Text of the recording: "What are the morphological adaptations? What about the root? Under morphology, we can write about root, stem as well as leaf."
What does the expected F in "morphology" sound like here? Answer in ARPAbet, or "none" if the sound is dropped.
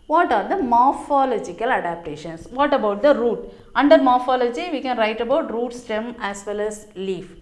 F